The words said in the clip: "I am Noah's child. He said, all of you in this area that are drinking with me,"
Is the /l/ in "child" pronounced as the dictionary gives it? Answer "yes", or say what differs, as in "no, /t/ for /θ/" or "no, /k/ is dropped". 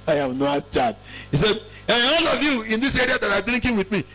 no, /l/ is dropped